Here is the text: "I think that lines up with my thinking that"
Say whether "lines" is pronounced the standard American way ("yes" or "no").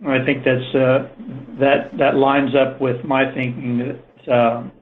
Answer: yes